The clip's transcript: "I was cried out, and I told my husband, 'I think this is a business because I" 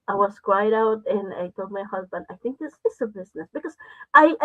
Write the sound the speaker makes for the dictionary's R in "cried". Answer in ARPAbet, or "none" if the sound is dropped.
W